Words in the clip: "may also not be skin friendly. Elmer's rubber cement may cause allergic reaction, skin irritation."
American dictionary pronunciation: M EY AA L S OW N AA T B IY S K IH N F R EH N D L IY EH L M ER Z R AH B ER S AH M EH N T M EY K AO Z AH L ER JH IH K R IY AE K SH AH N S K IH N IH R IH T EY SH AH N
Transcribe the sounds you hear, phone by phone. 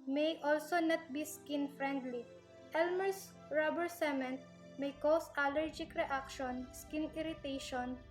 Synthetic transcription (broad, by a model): M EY AA L S OW N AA T B IY S K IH N F R EH N D L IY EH L M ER S R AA B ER S AH M EH N T M EY K AO S AH L ER JH IH K R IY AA K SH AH N S K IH N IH R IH T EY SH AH N